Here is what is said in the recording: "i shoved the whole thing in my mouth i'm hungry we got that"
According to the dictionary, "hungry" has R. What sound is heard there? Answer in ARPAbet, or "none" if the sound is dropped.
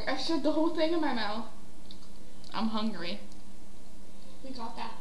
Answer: R